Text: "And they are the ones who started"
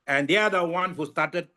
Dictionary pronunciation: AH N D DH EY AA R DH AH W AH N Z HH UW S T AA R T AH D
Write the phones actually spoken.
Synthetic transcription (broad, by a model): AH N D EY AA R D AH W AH N HH UW S T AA R T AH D